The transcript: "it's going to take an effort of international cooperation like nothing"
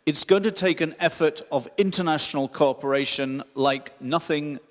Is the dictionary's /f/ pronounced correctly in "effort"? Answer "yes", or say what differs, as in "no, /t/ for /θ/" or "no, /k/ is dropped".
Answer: yes